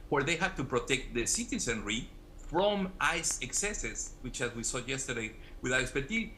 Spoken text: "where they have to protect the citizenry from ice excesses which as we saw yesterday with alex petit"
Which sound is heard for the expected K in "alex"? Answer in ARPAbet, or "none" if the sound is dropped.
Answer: none